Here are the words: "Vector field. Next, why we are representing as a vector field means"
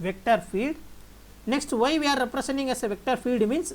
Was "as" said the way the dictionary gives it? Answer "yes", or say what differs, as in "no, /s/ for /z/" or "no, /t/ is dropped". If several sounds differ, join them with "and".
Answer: no, /s/ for /z/